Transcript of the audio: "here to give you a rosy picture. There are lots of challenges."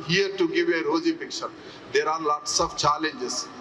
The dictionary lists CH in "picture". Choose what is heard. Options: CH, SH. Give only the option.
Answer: SH